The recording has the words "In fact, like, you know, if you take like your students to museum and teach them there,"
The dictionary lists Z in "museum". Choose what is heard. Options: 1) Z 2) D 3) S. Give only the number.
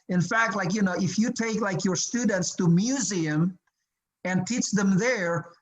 1